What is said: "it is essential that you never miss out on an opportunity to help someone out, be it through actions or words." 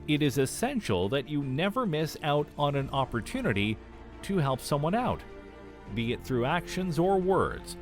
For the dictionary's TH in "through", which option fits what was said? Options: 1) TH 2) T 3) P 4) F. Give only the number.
1